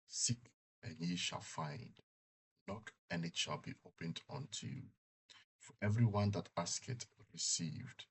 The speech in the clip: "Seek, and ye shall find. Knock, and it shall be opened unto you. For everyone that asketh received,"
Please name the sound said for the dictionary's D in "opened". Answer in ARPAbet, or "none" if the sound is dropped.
D